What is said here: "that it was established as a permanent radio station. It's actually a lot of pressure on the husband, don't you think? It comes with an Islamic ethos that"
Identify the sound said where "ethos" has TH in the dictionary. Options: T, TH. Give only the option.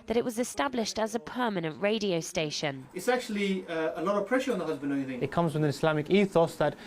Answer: TH